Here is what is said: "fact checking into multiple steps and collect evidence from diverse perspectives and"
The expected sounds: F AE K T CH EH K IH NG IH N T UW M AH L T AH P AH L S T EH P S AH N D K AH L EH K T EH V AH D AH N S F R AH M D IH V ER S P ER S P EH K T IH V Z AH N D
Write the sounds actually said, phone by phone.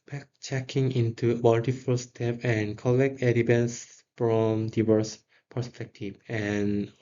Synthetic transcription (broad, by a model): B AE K CH EH K IH NG IH N T UW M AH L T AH F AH L S T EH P AH N K AH L EH K T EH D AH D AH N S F R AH M D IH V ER S P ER S P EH K T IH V AH N